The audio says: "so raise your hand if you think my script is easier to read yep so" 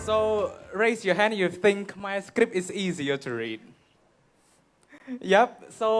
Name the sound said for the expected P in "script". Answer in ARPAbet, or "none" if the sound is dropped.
P